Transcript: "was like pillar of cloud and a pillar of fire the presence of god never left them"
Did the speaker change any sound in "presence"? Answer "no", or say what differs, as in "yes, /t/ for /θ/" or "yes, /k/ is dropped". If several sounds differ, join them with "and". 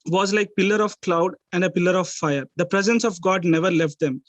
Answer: no